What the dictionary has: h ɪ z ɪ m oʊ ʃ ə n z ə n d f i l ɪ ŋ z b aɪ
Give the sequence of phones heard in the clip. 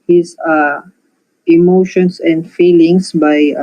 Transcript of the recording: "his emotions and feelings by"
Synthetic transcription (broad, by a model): h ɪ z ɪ m oʊ ʃ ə n s ə n d f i l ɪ ŋ s b aɪ